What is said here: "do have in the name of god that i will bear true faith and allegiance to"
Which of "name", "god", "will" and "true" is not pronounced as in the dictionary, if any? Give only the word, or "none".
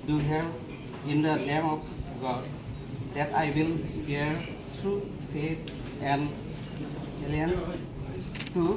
none